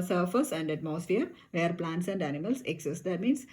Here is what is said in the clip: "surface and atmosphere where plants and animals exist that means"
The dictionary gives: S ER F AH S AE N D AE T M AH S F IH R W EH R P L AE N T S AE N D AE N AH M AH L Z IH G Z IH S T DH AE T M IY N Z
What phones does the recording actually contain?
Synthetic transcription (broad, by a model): S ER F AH S AE N D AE T M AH S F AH R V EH R P L AE N T S AE N D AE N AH M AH L S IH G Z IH S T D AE T M IY N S